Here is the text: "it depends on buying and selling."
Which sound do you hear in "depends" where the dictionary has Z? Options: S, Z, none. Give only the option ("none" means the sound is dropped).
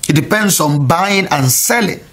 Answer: S